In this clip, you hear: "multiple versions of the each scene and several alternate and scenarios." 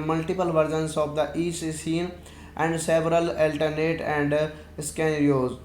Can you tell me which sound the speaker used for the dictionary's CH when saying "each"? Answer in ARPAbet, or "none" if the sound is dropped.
S